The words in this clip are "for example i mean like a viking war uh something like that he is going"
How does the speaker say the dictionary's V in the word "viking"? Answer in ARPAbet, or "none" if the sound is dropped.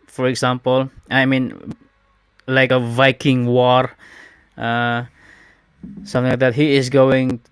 V